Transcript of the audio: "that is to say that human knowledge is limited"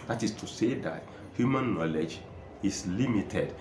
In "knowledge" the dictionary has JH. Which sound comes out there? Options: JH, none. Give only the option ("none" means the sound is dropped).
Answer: JH